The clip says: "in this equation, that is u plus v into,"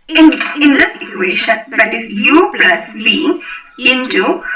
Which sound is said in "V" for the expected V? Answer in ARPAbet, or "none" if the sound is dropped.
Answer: B